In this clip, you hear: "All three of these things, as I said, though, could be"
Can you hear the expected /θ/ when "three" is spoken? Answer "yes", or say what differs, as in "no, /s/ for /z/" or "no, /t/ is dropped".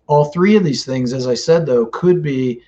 yes